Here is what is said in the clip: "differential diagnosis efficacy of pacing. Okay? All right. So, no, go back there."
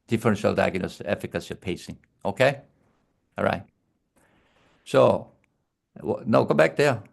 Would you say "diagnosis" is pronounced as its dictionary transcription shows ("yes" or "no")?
no